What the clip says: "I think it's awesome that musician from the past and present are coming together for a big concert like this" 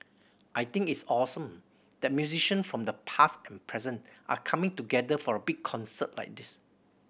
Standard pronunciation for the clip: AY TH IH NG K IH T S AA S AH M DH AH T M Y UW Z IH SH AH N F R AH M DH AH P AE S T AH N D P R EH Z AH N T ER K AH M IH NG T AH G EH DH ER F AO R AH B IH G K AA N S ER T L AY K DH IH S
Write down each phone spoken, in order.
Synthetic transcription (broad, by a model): AY T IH NG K IH T S AA S AH M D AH T M Y UW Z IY SH AH N F R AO M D AH P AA S T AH N P R EH Z AH N T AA K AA M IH NG T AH G EH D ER F AO R AH B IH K AA N S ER T L AY K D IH S